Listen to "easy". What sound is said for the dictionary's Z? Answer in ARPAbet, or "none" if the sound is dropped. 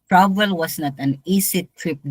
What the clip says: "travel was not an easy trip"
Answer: S